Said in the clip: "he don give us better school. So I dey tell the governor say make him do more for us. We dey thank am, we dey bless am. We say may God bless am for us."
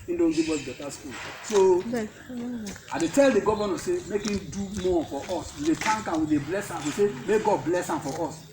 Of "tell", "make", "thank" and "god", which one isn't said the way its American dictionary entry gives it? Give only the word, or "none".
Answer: thank